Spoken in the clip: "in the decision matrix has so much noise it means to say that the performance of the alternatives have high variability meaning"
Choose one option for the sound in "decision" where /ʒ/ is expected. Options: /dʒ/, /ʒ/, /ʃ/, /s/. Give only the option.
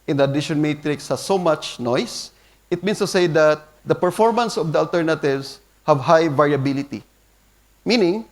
/ʃ/